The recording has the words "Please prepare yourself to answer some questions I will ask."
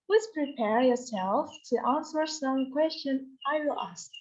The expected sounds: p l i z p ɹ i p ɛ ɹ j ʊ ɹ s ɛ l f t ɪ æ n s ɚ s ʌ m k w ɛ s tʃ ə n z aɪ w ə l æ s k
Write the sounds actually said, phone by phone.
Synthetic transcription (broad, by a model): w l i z p ɹ i p ɛ ɹ j ʊ ɹ s ɛ l f t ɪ æ n s ɚ s ʌ m k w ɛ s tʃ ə n aɪ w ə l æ s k